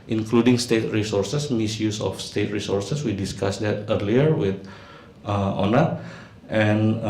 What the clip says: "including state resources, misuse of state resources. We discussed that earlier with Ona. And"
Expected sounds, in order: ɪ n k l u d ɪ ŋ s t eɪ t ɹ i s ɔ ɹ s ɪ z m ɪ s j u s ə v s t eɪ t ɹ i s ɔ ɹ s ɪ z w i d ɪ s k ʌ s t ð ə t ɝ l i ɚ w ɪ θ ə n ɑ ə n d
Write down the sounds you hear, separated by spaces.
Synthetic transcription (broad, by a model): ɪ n k l u d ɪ ŋ s t eɪ t ɹ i s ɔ ɹ s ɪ s m ɪ s j u s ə f s t eɪ t ɹ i s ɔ ɹ s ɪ s w i d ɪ s k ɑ s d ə t ɝ l i ɚ w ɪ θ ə n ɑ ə n